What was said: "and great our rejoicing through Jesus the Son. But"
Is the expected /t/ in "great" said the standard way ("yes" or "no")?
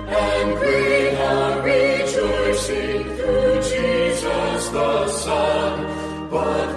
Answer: no